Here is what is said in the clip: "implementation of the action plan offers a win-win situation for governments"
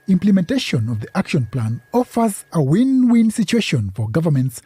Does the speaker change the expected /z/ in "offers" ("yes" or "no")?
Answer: no